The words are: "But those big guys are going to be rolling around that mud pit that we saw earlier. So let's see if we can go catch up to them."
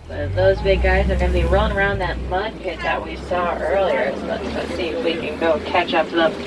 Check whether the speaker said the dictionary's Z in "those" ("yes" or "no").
yes